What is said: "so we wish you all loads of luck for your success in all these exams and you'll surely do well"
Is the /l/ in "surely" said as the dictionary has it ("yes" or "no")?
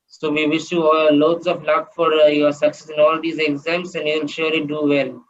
no